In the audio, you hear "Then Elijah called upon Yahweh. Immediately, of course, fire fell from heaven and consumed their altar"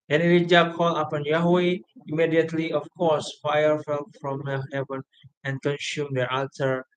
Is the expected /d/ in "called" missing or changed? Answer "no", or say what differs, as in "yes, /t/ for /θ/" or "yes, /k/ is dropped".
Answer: yes, /d/ is dropped